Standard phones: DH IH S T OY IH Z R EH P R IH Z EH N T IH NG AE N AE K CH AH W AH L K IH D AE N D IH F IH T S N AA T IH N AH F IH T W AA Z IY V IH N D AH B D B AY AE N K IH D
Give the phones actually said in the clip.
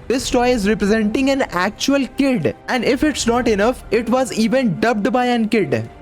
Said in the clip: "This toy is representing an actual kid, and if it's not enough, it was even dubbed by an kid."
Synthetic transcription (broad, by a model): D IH S T OY IH Z R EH P R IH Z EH N T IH NG AE N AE K CH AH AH L K IH D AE N D IH F IH T S N AA T IH N AH F IH T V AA Z IY V IH N D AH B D B AY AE N K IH D